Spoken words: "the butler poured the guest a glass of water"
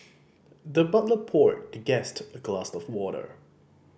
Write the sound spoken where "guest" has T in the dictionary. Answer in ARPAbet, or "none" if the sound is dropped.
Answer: T